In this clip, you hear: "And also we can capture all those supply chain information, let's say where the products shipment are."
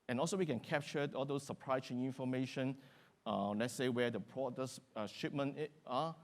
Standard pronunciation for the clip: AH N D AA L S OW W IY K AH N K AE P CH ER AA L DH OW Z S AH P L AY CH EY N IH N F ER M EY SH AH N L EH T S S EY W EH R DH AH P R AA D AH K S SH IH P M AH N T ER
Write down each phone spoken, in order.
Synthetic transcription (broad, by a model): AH N AA L S OW W IY K AH N K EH P CH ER AA L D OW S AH P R AY S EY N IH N F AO M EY SH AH N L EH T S S EY W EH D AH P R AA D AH S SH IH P M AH N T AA